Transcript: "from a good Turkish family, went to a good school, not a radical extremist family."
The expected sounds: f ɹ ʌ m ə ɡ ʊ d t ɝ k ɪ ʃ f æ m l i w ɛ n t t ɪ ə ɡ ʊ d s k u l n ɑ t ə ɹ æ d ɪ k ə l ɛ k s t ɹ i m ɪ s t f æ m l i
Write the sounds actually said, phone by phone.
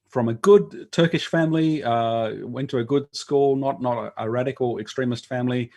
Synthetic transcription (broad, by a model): f ɹ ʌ m ə ɡ ʊ d t ɝ k ɪ ʃ f æ m l i w ɛ n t t ɪ ə ɡ ʊ d s k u l n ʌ t ə ɹ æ d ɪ k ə l ɛ k s t ɹ i m ɪ s t f æ m l i